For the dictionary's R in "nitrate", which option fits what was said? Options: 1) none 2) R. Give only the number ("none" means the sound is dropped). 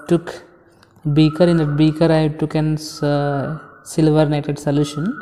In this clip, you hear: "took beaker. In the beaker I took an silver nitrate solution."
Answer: 1